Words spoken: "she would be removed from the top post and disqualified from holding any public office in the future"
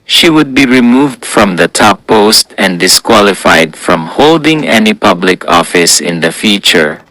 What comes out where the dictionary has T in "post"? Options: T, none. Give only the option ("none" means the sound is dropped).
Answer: T